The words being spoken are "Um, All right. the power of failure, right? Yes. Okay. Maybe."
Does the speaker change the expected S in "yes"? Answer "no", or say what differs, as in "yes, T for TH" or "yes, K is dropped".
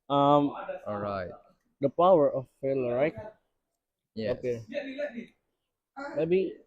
yes, S is dropped